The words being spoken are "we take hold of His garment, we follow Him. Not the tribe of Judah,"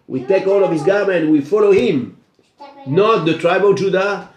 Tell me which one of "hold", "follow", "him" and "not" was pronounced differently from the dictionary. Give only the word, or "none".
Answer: hold